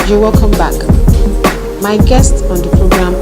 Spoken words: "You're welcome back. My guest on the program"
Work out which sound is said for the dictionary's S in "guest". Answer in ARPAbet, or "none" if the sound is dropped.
S